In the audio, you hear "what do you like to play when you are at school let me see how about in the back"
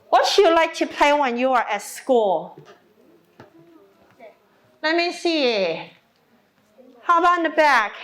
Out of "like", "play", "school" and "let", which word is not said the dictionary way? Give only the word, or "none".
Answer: none